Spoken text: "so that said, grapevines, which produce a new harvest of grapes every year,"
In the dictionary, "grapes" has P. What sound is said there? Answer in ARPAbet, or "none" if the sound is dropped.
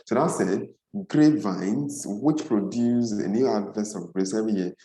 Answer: none